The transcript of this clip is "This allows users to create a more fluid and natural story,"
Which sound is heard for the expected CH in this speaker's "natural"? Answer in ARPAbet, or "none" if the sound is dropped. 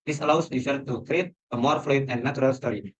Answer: none